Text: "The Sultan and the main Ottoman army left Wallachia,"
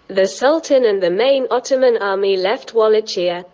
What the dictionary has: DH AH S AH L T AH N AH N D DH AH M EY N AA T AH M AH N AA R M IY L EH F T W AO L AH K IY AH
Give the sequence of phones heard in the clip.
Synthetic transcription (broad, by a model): DH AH S AH L T AH N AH N DH AH M EY N AA T AH M AH N AA M IY L EH F T W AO L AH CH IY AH